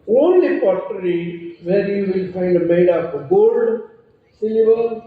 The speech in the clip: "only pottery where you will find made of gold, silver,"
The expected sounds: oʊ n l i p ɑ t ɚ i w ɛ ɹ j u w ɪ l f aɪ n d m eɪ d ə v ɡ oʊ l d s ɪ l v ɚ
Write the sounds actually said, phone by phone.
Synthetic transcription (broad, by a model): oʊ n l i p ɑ t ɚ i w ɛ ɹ j u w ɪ l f aɪ n d m eɪ d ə p ɡ oʊ l d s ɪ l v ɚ